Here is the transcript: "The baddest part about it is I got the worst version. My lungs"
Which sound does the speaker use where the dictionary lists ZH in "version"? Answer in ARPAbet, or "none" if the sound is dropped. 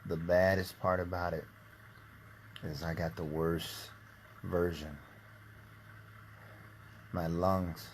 ZH